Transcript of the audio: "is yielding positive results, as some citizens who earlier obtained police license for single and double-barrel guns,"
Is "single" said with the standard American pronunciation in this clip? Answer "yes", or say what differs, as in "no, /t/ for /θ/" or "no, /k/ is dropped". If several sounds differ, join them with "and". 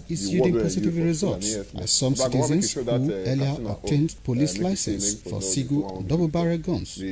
no, /ŋ/ is dropped